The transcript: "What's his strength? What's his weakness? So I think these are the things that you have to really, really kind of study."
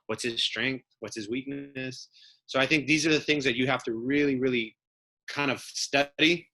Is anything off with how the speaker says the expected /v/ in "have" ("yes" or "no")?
yes